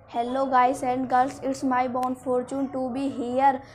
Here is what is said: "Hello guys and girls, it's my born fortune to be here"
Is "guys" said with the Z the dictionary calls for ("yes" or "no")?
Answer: no